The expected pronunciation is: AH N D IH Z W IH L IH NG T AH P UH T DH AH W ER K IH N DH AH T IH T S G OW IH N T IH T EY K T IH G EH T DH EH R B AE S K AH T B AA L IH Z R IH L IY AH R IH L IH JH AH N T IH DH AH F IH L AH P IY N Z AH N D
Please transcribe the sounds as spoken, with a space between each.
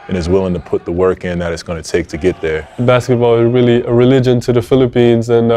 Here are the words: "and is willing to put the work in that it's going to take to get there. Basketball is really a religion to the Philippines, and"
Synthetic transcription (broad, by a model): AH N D IH Z W IH L IH NG T AH P UH T DH AH W ER K IH N DH AH T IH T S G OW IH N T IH T EY K T IH G EH T DH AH R B AE S K AH T B AA L IH Z R IH L IY AH R IH L IH JH AH N T IH DH AH F IH L AH P IY N Z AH N